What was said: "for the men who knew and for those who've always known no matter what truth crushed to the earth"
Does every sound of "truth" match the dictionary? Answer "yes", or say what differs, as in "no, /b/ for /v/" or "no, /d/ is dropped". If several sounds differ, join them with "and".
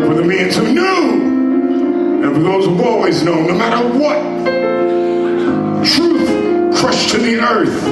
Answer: yes